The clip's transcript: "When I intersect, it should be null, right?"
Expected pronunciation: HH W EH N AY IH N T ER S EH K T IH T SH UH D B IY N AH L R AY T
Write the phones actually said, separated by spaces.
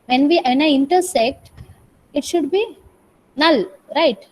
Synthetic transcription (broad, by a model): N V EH N AY IH N T ER S EH K T IH T SH UH D B IY N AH L R AY T